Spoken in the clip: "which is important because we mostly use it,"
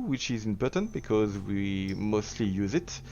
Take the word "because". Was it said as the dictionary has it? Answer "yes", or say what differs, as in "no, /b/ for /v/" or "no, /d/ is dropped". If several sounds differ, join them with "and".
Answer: yes